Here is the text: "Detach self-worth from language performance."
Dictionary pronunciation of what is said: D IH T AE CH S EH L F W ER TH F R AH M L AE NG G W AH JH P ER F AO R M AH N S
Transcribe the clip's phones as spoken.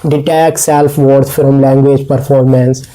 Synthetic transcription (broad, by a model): D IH T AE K S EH L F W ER S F R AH M L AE NG G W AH JH P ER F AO R M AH N S